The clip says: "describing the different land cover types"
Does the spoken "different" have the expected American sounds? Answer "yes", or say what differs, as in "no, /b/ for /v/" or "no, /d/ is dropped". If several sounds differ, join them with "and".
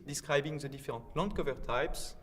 no, /n/ is dropped